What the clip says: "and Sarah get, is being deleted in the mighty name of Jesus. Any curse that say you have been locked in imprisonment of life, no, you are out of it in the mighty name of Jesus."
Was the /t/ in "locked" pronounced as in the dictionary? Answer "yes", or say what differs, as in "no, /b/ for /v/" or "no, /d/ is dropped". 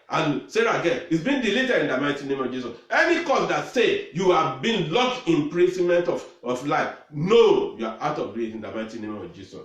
no, /t/ is dropped